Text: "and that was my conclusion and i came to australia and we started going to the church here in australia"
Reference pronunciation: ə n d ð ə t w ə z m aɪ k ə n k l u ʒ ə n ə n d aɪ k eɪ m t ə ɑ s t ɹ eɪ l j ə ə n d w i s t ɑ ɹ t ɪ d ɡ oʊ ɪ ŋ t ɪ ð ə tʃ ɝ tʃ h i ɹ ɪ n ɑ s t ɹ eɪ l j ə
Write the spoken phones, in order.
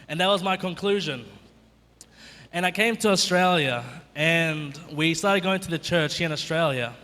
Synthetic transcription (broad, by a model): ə n ð ə t w ə z m aɪ k ə n k l u ʒ ə n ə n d aɪ k eɪ m t ə ɑ s t ɹ eɪ l j ə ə n w i s t ɑ ɹ t ɪ d ɡ oʊ ɪ ŋ t ɪ ð ə tʃ ɝ tʃ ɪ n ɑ s t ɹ eɪ l j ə